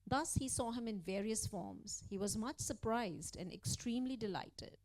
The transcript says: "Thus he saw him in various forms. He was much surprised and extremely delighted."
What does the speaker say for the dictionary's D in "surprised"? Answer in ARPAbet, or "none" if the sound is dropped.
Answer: D